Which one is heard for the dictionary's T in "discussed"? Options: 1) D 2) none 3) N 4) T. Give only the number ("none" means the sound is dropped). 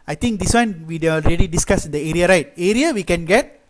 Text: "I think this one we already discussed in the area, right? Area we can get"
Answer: 2